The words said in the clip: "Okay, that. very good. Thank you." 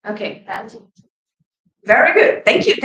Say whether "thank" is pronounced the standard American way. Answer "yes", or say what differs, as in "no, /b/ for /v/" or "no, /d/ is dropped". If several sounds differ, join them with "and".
yes